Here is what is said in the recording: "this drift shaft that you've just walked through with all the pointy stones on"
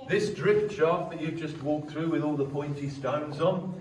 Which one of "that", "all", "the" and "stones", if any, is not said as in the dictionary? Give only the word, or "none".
none